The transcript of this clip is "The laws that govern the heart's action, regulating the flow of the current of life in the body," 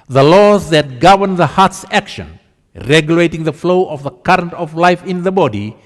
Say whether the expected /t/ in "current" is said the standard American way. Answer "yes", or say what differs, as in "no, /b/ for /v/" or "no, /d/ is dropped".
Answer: yes